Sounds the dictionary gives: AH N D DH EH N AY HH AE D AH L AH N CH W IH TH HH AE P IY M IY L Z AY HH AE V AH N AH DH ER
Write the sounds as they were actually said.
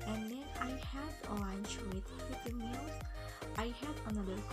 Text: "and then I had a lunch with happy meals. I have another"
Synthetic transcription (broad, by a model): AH N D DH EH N AY HH AE D AH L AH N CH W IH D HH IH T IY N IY Z AY HH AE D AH N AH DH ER